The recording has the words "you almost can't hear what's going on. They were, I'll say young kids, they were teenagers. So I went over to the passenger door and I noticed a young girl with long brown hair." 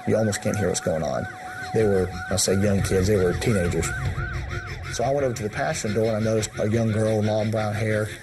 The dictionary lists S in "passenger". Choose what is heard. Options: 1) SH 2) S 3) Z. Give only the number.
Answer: 1